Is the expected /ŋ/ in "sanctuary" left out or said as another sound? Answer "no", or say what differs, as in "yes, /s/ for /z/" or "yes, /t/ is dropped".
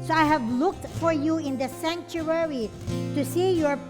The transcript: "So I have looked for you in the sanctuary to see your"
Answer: no